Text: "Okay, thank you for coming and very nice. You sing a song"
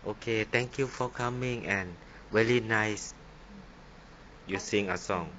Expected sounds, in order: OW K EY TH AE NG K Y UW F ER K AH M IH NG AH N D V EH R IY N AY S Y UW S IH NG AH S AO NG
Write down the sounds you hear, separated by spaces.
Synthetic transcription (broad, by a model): OW K EY T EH NG K Y UW F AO K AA M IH NG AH N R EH L IY N AY S Y UW S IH NG AH S AO NG